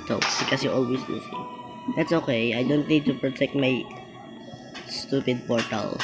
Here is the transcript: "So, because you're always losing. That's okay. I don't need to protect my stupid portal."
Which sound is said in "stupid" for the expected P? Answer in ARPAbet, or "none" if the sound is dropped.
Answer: P